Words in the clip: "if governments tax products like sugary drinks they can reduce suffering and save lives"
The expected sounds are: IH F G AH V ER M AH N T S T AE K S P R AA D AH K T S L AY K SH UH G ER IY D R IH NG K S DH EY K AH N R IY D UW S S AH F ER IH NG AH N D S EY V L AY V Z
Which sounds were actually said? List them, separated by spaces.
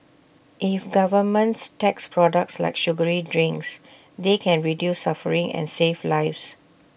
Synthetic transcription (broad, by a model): IH F G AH V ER M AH N T S T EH K S P R AA D AH K T S L AY K SH UH G ER IY D R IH NG K S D EY K AH N R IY D UW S S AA F ER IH NG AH N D S EY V L AY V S